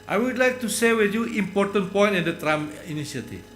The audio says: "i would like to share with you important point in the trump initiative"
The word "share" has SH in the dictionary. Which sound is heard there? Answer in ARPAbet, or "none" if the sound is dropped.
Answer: S